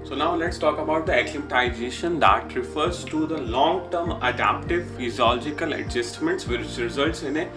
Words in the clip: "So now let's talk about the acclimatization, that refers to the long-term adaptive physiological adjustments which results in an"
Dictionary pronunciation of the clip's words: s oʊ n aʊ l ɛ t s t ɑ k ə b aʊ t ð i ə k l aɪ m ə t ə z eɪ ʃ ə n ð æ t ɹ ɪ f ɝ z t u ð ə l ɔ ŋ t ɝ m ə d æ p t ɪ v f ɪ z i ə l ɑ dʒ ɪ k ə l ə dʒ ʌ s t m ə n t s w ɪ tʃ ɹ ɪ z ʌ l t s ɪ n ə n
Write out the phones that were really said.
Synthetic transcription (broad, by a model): s oʊ n aʊ l ɛ t s t ɑ k ə b aʊ t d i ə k l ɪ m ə t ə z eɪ ʃ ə n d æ t ɹ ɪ f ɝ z t u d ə l ɔ ŋ t ɝ m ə d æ p t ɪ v f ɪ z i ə l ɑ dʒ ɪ k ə l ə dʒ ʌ s t m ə n t s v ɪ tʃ ɹ ɪ z ʌ l t s ɪ n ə